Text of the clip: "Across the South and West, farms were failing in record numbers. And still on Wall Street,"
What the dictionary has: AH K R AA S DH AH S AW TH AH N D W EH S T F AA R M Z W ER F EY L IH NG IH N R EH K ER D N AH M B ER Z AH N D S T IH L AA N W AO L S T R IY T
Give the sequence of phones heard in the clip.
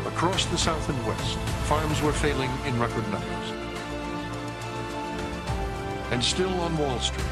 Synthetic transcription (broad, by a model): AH K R AA S DH AH S AW TH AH N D W EH S T F AA R M Z W ER F EY L IH NG IH N R EH K ER D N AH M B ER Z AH N S T IH L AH N W AO L S T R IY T